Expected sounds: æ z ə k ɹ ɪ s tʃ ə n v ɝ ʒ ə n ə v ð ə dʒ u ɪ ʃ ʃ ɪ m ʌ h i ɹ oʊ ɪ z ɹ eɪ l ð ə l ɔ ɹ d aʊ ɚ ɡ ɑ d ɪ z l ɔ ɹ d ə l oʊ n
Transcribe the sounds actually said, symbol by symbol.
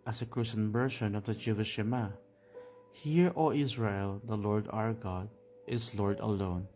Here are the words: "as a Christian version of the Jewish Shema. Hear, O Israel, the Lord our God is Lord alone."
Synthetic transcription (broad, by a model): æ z ə k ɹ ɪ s ə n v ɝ ʃ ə n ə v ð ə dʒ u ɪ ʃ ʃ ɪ m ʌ h i ɹ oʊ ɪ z ɹ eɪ l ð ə l ɔ ɹ d aʊ ɚ ɡ ɑ d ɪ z l ɔ ɹ d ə l oʊ n